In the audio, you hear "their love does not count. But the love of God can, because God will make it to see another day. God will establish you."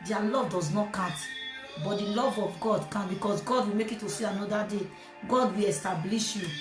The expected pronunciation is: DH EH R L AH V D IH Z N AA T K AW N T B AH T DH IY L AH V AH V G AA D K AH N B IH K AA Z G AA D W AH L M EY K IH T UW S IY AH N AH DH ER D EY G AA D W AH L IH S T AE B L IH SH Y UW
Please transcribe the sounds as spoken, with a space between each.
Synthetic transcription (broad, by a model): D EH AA L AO V D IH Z N AA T K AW T B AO T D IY L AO V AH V G AA D K AH N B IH K AA S G AA D W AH M EY K IH T UW S IY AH N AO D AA D EY G AA D W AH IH S T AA B L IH SH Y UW